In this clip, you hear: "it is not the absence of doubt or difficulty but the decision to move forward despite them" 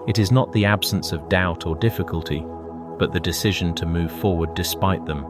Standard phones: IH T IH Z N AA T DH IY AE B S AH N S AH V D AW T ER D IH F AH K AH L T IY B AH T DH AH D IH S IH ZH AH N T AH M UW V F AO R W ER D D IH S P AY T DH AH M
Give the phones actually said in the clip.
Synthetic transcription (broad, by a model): IH T IH Z N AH T DH IY AE B S AH N S AH V D AW T ER D IH F AH K AH L T IY B AH T DH AH D IH S IH ZH AH N T AH M UW V F AO R W ER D D IH S P AY T DH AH M